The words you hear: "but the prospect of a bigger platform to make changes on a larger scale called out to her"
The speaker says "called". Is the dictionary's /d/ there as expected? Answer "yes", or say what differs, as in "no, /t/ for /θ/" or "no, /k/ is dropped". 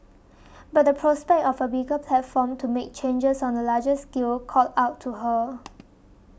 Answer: no, /d/ is dropped